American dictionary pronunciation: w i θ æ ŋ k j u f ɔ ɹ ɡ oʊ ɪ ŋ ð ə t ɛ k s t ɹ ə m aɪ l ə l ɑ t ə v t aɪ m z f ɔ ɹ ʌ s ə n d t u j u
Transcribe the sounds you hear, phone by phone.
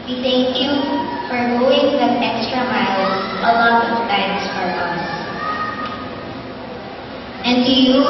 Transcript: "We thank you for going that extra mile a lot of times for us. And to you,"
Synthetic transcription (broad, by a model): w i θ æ ŋ k j u f ɔ ɹ ɡ oʊ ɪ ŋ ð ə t ɛ k s t ɹ ə m aɪ l ə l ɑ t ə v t aɪ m s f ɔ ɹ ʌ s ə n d t u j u